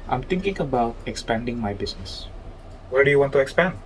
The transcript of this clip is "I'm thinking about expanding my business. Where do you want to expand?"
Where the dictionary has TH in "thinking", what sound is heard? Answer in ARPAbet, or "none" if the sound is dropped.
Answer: T